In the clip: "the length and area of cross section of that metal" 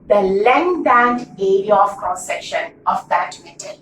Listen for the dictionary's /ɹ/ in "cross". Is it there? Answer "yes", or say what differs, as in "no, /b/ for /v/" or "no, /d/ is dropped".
no, /ɹ/ is dropped